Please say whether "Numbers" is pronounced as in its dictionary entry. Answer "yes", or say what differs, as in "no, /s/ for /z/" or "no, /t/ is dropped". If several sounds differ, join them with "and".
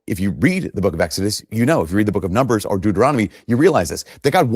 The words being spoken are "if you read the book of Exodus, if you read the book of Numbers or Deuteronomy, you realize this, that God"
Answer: yes